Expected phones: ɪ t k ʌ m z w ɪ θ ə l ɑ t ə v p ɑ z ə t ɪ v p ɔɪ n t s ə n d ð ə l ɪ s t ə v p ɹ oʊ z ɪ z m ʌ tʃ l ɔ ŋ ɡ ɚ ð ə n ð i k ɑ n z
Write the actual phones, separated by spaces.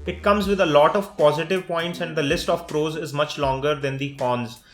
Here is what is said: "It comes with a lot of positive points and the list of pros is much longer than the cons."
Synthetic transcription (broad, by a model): ɪ t k ʌ m z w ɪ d ə l ɑ t ə v p ɑ z ə t ɪ v p ɔɪ n t s ə n d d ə l ɪ s t ə v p ɹ oʊ z ɪ z m ʌ tʃ l ɔ ŋ ɡ ɚ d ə n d i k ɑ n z